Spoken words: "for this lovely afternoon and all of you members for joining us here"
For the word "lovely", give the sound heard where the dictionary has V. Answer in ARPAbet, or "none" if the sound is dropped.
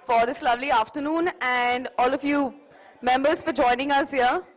V